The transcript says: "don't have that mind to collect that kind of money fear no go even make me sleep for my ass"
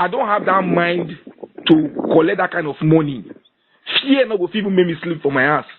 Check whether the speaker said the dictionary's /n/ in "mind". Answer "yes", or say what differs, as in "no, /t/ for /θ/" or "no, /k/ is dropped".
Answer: yes